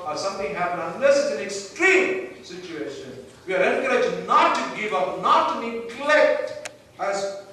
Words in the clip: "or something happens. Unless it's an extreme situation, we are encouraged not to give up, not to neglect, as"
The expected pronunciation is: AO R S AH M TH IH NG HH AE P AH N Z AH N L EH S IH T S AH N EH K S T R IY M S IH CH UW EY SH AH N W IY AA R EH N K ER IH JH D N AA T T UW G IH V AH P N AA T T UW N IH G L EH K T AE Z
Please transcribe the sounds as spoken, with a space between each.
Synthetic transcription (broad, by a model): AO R S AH M T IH NG HH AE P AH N AH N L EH S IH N AH N EH K S T R IY M S IH CH UW EY SH AH N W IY AA R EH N K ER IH JH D N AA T T UW G IH V AH P N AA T T UW N IH G L EH K T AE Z